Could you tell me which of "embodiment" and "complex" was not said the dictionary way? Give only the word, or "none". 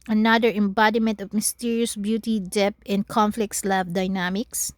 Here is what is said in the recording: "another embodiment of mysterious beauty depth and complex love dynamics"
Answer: complex